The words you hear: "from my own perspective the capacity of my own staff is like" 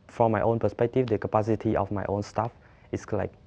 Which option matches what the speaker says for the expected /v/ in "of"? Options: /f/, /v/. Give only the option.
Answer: /f/